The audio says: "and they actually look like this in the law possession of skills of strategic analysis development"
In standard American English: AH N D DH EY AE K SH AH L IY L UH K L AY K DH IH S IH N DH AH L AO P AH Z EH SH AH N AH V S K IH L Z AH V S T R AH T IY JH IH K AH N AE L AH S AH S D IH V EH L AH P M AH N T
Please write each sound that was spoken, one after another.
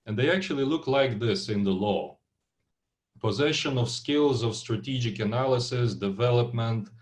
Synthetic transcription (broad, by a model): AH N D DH EY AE K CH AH L IY L UH K L AY K DH IH S IH N DH AH L AO P AH Z EH SH AH N AH V S K IH L Z AH V S T R AH T IY JH IH K AH N AE L AH S AH S D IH V EH L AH P M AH N T